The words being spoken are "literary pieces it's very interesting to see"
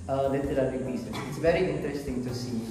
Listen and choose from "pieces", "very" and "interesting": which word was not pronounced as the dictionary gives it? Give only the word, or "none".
pieces